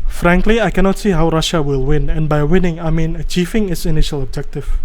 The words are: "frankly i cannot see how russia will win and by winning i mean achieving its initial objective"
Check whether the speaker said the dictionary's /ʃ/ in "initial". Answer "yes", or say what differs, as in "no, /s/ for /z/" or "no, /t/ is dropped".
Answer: yes